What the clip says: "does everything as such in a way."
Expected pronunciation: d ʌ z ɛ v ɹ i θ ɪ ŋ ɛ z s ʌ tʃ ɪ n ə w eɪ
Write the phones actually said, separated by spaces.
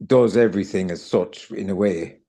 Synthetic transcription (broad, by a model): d ʌ z ɛ v ɹ i θ ɪ ŋ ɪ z s ʌ tʃ ɪ n ə w eɪ